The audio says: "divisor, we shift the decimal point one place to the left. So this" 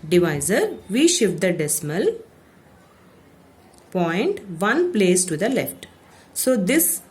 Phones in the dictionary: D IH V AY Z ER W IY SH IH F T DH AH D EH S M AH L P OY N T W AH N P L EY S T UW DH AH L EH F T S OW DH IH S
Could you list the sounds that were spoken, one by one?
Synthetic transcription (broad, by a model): D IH V AY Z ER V IY SH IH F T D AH D EH S M AH L P OY N T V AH N P L EY S T UW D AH L EH F T S OW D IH S